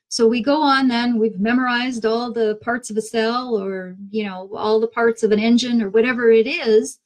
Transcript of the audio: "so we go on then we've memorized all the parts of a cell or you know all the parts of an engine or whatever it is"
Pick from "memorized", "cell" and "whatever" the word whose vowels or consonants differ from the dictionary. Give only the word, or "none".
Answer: none